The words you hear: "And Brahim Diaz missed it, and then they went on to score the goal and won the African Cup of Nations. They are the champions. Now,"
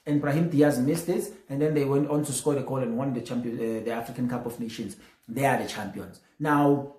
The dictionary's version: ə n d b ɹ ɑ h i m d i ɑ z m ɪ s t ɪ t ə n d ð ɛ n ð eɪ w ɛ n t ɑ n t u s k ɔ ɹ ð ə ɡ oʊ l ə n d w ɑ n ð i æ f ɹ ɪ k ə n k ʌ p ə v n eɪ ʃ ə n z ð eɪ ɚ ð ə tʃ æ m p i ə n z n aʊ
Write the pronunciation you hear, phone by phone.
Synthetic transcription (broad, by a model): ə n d b ɹ ɑ h i m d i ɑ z m ɪ s t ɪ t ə n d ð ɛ n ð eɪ w ɛ n t ɑ n t u s k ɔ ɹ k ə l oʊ w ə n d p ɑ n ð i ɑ f ɹ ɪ k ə n k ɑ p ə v n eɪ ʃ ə n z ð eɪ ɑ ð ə tʃ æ m p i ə n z n aʊ